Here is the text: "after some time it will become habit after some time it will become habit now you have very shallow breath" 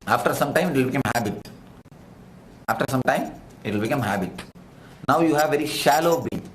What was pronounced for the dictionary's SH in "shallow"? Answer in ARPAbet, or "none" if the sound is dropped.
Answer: SH